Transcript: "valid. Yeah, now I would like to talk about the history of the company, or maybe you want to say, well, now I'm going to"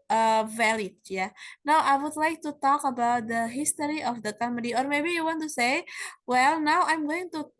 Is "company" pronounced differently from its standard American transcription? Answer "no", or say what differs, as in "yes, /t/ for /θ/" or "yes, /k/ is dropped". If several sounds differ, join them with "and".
yes, /p/ is dropped